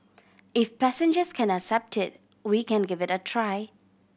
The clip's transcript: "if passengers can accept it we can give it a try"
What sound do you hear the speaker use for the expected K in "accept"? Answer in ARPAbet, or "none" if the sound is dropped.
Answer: K